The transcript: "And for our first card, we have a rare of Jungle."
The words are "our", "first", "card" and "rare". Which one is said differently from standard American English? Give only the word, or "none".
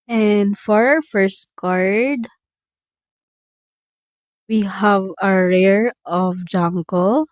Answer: none